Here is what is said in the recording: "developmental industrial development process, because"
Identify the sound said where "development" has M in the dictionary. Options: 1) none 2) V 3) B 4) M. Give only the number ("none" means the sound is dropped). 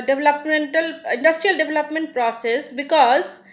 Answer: 4